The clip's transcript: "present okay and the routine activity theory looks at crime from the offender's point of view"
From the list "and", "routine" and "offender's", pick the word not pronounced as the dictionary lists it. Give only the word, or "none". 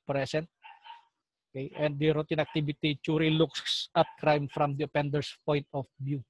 offender's